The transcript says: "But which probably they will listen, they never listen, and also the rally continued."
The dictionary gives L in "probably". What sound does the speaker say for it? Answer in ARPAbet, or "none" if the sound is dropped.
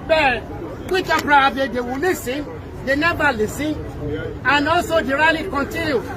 none